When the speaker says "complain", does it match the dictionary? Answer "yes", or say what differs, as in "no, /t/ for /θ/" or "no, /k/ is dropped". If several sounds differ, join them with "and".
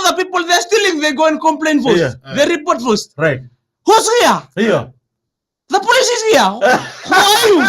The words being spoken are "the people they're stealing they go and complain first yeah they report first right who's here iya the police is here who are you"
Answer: yes